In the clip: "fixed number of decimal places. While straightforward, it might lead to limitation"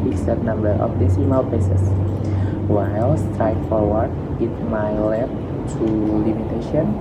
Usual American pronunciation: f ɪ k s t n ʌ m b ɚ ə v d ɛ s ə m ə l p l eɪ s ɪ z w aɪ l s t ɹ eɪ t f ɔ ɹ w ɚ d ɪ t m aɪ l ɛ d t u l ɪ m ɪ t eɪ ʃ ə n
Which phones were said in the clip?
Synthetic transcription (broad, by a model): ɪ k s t n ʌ m b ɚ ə f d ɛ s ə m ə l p eɪ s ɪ s w aɪ l s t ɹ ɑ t f ɔ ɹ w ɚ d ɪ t m aɪ l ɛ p t u l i m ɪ t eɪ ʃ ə n